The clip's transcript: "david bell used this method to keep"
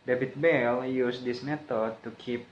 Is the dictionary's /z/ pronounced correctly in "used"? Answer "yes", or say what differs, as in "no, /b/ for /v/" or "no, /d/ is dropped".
no, /s/ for /z/